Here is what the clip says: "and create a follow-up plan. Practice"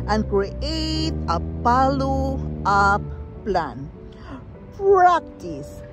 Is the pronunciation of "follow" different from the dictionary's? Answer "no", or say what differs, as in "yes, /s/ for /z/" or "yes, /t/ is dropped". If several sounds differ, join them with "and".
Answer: yes, /p/ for /f/